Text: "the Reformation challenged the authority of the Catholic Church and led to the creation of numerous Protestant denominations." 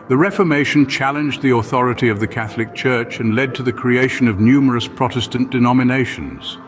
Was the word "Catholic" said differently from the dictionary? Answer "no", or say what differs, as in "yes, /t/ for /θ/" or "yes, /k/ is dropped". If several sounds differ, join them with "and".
no